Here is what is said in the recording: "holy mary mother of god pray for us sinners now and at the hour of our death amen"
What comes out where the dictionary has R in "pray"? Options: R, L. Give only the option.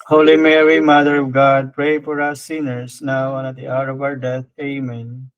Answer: R